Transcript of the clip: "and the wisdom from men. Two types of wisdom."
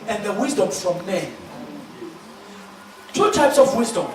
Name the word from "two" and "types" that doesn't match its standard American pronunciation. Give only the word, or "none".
none